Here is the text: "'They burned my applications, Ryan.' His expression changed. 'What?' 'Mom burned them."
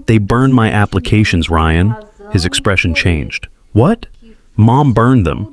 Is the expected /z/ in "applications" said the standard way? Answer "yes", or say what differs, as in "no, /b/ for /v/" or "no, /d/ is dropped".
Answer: yes